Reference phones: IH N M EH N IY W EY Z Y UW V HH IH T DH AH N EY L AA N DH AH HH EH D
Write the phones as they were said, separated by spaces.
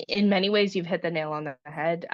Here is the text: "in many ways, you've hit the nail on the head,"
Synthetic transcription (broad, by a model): IH N M EH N IY W EY Z Y UW V HH IH T DH AH N EY L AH N DH AH HH EH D